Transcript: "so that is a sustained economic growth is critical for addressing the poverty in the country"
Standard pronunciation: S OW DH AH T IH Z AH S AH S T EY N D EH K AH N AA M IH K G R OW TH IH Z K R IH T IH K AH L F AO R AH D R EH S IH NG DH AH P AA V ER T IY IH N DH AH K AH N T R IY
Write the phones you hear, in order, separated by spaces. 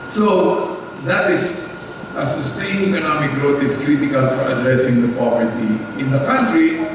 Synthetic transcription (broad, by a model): S OW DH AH T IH S AH S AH S T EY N EH K AH N AA M IH K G R OW T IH S K R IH T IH K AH L F AO R AH D R EH S IH NG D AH P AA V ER T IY IH N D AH K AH N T R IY